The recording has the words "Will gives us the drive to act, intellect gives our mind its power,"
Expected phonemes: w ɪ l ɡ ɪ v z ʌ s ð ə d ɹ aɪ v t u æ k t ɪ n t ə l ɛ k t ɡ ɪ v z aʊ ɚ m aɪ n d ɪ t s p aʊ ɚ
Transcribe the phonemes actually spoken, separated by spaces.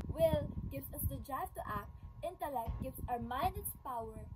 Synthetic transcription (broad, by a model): w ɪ l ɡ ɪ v s ʌ s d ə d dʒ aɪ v t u æ k t ɪ n t ə l ɛ k t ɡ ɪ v s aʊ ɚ m aɪ n d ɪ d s p aʊ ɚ